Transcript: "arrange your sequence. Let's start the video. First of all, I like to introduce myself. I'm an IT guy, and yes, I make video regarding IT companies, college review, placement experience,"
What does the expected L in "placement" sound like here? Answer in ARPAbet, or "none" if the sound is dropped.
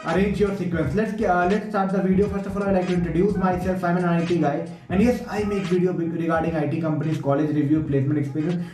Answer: L